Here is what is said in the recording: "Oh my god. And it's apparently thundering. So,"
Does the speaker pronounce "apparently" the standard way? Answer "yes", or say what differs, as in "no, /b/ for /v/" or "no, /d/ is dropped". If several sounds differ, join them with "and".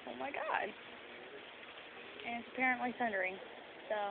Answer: yes